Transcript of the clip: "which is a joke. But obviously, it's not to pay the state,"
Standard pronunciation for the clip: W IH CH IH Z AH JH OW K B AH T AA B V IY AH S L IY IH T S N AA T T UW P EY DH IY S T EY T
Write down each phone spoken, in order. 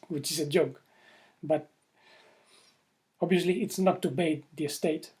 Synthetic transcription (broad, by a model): W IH CH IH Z AH JH OW K B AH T AA B V IY AH S L IY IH T S N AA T T UW B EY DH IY S T EY T